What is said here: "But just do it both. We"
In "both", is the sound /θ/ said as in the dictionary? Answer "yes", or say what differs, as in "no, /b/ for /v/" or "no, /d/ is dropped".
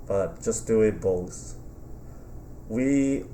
no, /s/ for /θ/